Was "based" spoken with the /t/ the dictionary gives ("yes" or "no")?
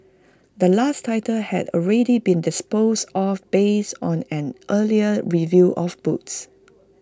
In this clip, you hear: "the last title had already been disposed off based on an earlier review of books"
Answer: no